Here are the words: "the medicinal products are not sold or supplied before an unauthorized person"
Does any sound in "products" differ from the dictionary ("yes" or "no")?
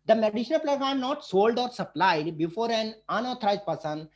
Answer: yes